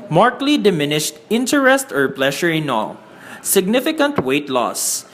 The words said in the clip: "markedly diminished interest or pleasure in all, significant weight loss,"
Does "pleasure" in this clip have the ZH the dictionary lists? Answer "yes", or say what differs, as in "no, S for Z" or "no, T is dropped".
no, SH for ZH